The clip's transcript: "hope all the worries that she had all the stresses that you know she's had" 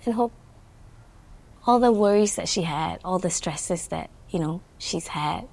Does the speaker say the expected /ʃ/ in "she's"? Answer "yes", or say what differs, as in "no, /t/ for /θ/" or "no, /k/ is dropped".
yes